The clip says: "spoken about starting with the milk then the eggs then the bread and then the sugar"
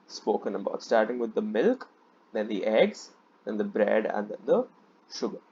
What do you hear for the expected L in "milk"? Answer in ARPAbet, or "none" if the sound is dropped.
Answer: L